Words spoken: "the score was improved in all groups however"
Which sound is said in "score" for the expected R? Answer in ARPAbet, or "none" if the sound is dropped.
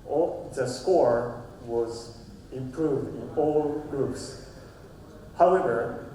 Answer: R